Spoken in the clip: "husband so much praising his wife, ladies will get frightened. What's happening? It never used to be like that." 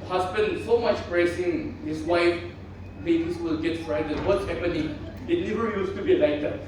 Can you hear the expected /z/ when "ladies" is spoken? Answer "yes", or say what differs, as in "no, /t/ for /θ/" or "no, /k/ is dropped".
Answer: no, /s/ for /z/